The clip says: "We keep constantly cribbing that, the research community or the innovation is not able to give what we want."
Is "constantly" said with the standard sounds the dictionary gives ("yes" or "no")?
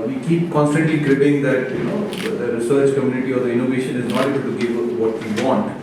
yes